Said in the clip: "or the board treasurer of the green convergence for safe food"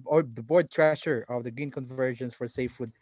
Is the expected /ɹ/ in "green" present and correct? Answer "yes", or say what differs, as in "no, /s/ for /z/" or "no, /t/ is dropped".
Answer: no, /ɹ/ is dropped